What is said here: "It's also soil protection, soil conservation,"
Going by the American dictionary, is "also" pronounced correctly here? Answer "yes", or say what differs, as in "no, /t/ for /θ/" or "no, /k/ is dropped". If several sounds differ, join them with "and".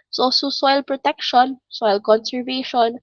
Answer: no, /l/ is dropped